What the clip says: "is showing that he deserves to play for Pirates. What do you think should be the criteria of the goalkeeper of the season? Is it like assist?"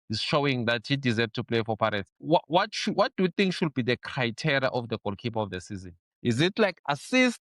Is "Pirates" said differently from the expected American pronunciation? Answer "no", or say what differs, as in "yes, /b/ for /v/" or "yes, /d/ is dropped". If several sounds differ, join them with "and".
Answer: yes, /w/ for /ɹ/ and /ʃ/ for /s/